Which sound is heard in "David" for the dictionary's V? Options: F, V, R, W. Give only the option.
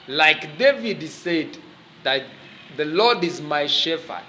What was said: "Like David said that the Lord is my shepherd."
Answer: V